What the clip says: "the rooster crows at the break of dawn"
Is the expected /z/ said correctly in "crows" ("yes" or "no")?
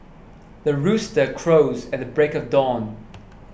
yes